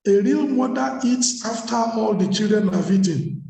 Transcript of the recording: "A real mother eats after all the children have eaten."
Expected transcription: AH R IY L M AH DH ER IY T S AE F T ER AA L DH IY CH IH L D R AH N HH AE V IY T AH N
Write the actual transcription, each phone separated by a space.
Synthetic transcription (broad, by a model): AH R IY L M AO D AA IY T S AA F T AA AA L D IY CH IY L D R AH N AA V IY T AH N